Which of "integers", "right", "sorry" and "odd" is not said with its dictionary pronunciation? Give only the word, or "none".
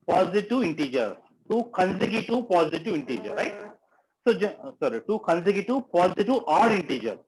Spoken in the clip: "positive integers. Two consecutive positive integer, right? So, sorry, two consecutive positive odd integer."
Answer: integers